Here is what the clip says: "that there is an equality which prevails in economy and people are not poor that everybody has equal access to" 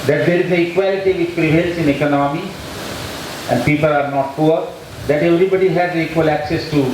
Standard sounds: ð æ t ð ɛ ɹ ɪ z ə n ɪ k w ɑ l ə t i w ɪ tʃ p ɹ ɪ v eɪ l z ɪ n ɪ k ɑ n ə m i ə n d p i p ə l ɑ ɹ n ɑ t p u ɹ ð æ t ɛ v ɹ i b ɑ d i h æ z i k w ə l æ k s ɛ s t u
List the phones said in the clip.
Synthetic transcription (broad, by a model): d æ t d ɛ ɹ ɪ z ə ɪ k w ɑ l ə t i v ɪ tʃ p ɹ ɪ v eɪ l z ɪ n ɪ k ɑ n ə m i ə n d p i p ə l ɑ ɹ n ɑ t p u ɹ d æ t ɛ v ɹ i b ɑ d i h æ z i k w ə l æ k s ɛ s t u